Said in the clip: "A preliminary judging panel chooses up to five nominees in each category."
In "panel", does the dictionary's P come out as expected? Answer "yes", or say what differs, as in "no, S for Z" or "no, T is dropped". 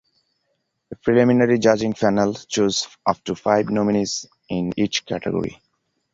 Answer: no, F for P